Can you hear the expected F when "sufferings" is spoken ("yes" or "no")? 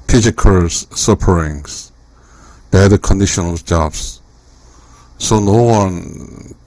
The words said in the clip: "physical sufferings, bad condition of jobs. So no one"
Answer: no